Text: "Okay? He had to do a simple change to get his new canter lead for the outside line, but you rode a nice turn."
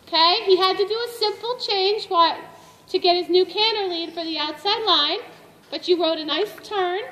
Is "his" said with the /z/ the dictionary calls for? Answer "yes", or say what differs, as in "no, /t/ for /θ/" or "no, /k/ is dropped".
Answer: yes